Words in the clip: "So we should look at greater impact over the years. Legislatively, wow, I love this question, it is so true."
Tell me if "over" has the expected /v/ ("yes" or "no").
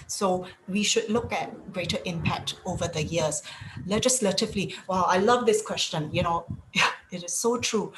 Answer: yes